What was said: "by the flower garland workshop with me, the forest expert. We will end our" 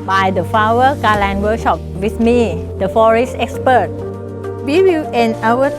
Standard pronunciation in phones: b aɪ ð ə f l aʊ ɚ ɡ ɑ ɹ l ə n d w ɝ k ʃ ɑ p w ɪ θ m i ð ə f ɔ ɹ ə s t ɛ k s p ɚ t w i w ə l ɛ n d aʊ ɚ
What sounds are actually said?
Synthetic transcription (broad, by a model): b aɪ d ə f aʊ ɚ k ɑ l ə n w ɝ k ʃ ɑ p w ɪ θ m i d ə f ɔ ɹ ə s t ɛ k s p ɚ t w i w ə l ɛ n aʊ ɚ